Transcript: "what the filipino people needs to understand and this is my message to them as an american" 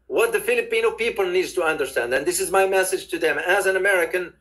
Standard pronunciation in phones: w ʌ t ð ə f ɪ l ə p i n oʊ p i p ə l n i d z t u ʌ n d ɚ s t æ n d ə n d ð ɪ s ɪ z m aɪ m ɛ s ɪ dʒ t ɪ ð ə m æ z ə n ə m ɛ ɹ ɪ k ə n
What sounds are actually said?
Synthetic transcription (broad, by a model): w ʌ t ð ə f ɪ l ə p i n oʊ p i p ə l n i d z t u ʌ n d ɚ s t æ n d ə n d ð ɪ s ɪ z m aɪ m ɛ s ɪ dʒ t ɪ ð ə m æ z ə n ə m ɛ ɹ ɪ k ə n